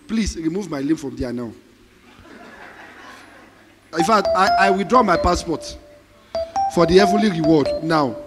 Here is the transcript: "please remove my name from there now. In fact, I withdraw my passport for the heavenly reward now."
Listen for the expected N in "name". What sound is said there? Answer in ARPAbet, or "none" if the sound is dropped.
L